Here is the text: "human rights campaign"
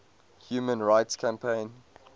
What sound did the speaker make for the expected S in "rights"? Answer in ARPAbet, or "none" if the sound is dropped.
S